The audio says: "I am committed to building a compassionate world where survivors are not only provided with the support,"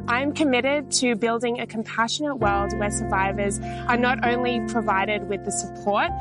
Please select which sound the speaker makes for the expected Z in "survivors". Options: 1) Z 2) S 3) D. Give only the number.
1